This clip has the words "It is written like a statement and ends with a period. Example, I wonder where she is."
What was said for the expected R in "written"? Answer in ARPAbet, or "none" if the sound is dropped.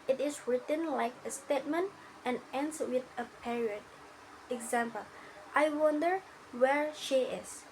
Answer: R